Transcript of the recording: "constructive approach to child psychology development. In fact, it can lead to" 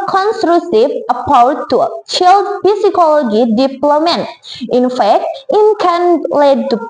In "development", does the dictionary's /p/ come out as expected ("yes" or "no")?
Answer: no